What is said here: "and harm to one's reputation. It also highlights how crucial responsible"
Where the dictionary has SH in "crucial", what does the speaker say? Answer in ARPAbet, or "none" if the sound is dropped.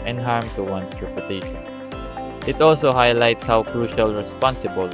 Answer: SH